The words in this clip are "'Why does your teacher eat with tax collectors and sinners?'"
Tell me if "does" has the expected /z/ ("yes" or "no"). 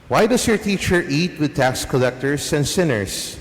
no